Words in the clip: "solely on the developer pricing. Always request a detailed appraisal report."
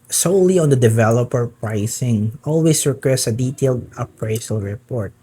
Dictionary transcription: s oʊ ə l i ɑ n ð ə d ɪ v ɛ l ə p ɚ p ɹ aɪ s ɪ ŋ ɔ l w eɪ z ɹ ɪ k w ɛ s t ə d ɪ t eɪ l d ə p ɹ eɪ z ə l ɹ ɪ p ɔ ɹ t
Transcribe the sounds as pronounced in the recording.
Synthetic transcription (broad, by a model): s oʊ l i ɑ n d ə d ɪ v ɛ l ə p ɚ p ɹ aɪ s ɪ ŋ ɔ l w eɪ s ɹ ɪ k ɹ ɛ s ə d ɪ t eɪ l d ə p ɹ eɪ s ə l ɹ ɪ p ɔ ɹ t